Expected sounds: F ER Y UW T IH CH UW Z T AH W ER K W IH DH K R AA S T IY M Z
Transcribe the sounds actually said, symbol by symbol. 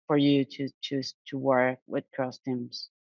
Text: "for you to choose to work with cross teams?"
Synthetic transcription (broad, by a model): F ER Y UW T IH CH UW T AH W ER K W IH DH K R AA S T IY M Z